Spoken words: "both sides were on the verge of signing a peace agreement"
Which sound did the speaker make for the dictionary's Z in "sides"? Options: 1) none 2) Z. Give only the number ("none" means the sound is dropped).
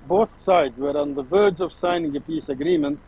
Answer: 2